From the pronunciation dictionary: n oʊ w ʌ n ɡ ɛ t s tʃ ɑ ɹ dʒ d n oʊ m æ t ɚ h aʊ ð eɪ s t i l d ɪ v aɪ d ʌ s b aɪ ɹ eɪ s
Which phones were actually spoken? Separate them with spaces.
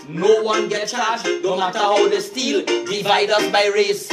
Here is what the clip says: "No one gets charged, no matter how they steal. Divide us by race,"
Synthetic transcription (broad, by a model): n oʊ w ʌ n ɡ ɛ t tʃ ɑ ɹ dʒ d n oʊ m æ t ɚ h aʊ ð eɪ s t i l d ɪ v aɪ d ʌ s b aɪ ɹ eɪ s